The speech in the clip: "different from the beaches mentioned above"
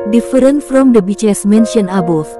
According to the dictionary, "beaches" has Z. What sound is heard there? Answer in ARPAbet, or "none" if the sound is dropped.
S